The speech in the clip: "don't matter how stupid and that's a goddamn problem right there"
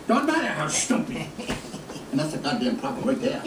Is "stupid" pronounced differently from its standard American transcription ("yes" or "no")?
yes